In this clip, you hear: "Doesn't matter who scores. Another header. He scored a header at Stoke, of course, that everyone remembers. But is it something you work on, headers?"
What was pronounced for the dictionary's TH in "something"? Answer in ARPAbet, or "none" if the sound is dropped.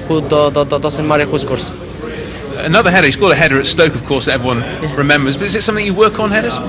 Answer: TH